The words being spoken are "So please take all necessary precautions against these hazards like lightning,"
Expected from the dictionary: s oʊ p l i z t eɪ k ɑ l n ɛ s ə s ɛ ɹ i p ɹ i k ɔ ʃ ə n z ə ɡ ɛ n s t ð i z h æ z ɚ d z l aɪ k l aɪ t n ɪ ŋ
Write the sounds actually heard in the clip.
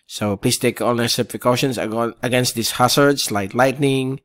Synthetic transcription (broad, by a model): s oʊ p l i s t eɪ k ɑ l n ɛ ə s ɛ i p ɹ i k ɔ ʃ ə n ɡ ə ɡ ɛ n s t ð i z h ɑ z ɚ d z l aɪ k l aɪ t n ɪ ŋ